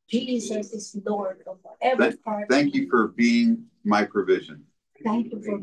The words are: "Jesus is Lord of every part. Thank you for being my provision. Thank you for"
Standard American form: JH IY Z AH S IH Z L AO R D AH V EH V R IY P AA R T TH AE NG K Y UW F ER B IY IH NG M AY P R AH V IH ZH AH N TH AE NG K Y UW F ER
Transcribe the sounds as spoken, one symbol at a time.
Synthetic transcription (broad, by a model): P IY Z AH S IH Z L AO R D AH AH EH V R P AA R TH AE NG K Y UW F ER B IY IH NG M AY P R AH V IH ZH AH N TH AE NG K Y UW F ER